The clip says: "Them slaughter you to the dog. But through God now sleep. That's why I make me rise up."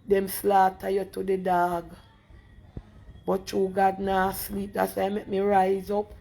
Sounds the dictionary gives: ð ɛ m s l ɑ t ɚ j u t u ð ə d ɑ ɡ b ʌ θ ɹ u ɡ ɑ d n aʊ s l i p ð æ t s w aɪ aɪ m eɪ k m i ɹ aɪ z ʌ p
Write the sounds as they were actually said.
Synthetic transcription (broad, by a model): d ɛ m s l ɑ t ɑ j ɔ t u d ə d ɑ ɡ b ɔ t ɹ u ɡ ɑ d n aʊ s l i p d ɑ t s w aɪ aɪ m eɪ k m i ɹ aɪ z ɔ p